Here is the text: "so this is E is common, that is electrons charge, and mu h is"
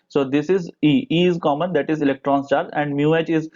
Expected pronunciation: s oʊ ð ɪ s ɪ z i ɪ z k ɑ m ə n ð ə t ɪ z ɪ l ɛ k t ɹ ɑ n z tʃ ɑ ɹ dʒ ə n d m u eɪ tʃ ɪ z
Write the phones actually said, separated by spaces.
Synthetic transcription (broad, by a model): s oʊ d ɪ s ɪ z i ɪ z k ɑ m ə n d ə t ɪ z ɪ l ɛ k t ɹ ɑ n s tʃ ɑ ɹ ə n d m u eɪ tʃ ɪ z